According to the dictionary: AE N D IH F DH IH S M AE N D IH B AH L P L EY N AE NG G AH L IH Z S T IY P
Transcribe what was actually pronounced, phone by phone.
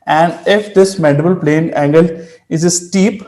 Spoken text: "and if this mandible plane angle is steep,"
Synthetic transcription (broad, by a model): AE N D IH F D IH S M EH D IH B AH L P L EY N AE NG G AH L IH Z S T IY P